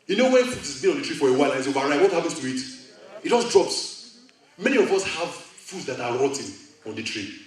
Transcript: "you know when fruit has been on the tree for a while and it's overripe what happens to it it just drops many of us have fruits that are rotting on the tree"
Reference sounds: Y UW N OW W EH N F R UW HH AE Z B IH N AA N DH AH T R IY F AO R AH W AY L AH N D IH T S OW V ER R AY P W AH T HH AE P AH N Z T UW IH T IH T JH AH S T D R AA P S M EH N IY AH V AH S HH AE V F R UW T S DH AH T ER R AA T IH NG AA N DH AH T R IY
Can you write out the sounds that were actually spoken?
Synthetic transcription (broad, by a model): Y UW N OW W EH N F UW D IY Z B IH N AA N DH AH T R IY F AO R AH W AY L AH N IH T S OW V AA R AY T W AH T HH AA P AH N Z T UW IH T IH T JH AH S D R AA P S M EH N IY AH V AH S HH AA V F UW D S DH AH T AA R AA T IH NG AA N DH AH T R IY